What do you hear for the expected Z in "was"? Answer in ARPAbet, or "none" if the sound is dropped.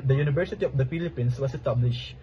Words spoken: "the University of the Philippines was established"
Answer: S